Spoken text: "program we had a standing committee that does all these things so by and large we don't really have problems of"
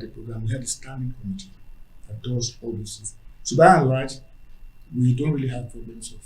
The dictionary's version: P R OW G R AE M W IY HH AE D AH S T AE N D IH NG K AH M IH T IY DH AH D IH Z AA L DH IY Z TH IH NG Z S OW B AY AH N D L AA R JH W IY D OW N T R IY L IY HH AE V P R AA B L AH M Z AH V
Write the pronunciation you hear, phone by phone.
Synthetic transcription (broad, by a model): P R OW G R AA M W IY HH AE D AH S T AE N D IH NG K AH M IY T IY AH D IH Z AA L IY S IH Z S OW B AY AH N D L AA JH W IY D OW N T R IY L IY HH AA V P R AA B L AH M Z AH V